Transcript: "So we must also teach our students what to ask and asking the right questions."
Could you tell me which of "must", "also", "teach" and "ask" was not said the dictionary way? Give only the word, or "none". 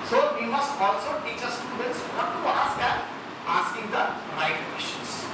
ask